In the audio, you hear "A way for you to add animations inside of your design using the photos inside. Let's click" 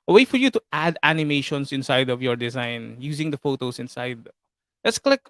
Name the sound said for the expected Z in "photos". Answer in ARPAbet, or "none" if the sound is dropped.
S